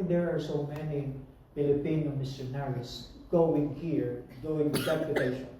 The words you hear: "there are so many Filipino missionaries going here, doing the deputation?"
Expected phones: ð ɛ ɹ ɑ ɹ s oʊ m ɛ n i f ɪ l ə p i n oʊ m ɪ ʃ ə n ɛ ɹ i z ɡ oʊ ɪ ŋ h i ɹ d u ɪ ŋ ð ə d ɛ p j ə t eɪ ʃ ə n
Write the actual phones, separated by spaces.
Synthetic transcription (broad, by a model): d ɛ ɹ ɑ ɹ s oʊ m ɛ n i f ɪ l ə p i n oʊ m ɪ s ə n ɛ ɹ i s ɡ oʊ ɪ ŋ h i ɹ d u ɪ ŋ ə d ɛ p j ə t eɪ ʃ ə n